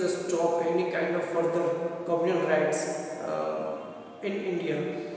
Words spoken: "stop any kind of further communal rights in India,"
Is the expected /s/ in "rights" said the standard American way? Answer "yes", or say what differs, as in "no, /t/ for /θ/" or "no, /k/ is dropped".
yes